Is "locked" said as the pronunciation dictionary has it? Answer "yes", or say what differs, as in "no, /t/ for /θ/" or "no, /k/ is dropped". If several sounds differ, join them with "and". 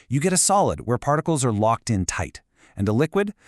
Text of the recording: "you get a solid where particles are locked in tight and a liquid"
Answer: yes